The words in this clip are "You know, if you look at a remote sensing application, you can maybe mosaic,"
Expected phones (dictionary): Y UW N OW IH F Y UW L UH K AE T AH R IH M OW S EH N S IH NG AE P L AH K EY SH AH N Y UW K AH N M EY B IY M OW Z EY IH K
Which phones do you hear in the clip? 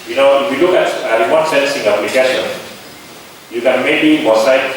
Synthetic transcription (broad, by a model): Y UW N OW IH F Y UW L UH K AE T AH W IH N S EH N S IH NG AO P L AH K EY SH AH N Y UW K AH N M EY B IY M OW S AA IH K